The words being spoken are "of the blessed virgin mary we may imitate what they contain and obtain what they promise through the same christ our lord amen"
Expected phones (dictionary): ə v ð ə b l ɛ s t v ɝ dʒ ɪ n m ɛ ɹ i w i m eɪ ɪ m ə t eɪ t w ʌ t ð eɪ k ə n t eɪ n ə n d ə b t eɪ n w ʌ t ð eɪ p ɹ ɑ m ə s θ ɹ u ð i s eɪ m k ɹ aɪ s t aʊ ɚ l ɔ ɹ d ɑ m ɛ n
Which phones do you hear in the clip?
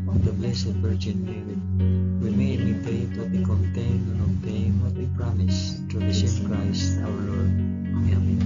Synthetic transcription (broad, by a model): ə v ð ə b l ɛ s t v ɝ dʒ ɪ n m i w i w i m eɪ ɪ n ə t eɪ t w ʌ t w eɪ k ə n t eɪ ə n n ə t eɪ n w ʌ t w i p ɹ ɑ m ə s t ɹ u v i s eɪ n k ɹ aɪ s t aʊ ɚ l ɔ ɹ d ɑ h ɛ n